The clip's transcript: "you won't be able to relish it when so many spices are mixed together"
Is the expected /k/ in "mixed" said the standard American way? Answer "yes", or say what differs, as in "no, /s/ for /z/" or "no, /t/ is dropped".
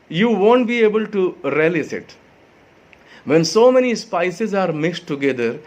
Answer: no, /k/ is dropped